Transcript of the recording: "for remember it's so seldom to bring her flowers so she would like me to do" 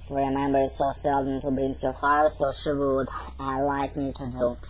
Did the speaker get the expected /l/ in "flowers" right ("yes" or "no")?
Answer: no